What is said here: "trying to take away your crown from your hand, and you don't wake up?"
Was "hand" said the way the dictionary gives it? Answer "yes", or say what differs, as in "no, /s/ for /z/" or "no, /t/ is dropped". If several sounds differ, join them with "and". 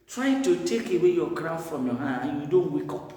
no, /d/ is dropped